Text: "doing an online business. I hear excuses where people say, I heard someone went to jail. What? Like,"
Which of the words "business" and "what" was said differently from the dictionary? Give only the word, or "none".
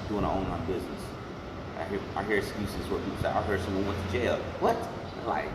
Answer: none